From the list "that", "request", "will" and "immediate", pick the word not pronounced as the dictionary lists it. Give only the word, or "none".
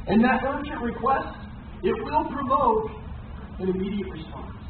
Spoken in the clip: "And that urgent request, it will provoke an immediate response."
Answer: none